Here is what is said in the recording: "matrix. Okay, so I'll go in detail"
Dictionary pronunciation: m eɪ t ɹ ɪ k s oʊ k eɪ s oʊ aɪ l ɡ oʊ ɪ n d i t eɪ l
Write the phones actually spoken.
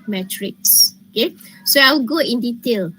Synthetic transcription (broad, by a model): m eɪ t ɹ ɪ k s oʊ k eɪ s oʊ aɪ w ɡ oʊ ɪ n d i t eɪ l